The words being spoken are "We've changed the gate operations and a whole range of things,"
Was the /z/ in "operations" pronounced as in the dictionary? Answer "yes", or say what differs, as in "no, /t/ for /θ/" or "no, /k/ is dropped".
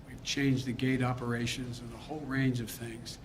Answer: yes